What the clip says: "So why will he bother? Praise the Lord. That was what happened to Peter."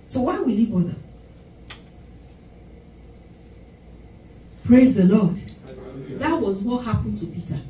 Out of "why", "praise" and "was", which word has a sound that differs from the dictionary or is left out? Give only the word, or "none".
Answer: none